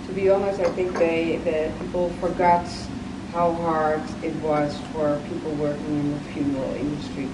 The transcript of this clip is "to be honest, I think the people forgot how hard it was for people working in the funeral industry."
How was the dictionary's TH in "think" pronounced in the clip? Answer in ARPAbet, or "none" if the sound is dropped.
TH